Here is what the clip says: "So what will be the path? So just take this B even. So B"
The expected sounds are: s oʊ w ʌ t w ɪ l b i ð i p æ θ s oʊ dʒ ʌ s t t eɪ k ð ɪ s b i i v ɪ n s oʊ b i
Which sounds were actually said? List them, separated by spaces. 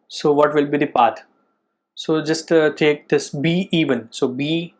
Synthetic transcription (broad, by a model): s oʊ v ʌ t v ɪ l b i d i p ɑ t s oʊ dʒ ʌ s t t eɪ k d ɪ s b i i v ɪ n s oʊ b i